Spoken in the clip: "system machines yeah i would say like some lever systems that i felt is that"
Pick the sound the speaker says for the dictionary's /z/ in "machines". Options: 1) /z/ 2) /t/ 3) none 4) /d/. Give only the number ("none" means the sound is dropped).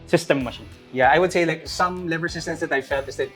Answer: 3